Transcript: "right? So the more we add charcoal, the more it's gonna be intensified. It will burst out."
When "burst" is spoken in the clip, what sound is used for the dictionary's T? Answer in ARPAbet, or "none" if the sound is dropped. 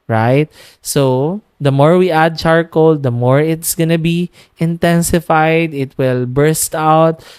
T